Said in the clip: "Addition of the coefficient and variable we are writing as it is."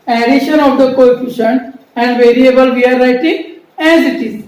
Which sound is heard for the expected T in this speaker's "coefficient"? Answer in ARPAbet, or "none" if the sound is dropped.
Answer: none